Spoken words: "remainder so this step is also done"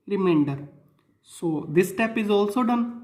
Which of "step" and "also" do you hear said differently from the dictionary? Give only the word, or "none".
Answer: none